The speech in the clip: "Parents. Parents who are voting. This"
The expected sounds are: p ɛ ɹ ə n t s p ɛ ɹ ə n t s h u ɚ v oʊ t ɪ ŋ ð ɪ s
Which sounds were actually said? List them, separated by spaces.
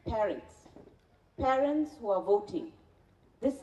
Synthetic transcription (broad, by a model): p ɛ ɹ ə n t s p ɛ ɹ ə n t s h u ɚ v oʊ t ɪ ŋ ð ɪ s